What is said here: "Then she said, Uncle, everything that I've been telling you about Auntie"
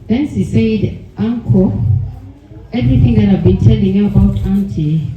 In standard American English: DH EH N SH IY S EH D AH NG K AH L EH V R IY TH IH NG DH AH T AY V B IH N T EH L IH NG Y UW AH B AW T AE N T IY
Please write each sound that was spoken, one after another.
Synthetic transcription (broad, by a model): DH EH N S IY S EH D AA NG K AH EH V R IY TH IH NG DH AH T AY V B IH N T EH L IH NG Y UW AH B AW T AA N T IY